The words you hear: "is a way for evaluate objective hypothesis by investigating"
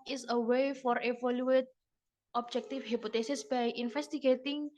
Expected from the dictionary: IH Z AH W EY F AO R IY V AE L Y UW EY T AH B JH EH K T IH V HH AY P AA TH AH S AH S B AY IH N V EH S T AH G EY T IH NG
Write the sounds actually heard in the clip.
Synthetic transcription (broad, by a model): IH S AH W EY F AO R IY F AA L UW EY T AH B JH EH K T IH F HH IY P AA T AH S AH S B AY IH N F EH S T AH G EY T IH NG